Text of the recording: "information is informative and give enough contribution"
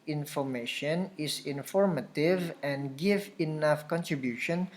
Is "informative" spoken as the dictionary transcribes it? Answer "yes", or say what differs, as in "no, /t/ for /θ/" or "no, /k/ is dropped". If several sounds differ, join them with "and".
yes